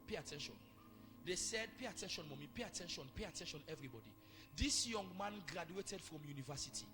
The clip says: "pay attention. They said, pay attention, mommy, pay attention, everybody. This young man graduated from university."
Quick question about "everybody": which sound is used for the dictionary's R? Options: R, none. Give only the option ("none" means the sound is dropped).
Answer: R